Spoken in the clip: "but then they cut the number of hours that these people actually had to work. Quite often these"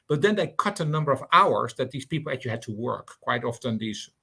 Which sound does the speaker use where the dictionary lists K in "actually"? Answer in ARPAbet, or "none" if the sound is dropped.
none